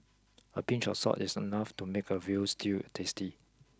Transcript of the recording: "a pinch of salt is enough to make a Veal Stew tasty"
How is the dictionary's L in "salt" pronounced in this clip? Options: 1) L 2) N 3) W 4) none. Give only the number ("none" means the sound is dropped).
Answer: 4